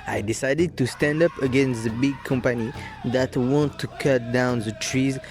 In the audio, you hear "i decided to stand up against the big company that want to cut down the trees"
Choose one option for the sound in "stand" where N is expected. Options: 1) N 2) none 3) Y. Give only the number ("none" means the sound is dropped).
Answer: 1